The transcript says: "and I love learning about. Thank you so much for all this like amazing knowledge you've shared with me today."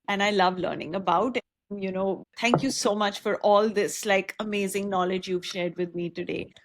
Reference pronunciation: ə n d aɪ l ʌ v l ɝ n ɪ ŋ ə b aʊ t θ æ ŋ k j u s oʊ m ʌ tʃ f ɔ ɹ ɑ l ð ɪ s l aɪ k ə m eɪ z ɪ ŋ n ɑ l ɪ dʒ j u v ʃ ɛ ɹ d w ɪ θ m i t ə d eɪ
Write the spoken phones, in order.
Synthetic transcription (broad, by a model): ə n aɪ l ʌ v l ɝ n ɪ ŋ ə b aʊ t t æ ŋ k j u s oʊ m ʌ tʃ f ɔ ɹ ɑ l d ɪ s l aɪ k ə m eɪ z ɪ ŋ n ɑ l ɪ dʒ j u v ʃ ɛ ɹ d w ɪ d m i t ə d eɪ